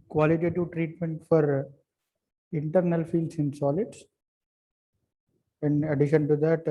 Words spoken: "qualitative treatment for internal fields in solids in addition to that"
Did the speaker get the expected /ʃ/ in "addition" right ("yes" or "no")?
yes